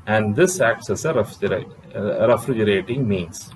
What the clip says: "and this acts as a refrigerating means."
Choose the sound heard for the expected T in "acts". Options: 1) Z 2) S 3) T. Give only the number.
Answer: 2